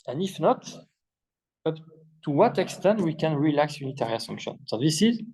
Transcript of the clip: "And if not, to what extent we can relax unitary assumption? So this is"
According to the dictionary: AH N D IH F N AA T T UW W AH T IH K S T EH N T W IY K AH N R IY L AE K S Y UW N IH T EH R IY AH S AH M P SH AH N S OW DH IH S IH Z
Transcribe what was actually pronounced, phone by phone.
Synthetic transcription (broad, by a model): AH N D IH F N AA T T UW W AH T IH K S T EH N T W IY K AH N R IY L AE K S Y UW N IH T EH R IY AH S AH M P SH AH N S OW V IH S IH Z